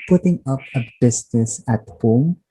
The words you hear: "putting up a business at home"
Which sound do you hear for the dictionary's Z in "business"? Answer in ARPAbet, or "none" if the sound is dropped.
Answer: S